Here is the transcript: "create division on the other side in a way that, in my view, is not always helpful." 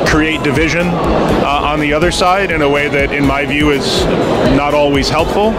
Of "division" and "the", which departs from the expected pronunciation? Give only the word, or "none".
none